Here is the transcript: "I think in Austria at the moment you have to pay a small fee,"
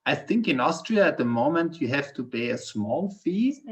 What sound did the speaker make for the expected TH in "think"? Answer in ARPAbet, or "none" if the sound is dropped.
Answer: TH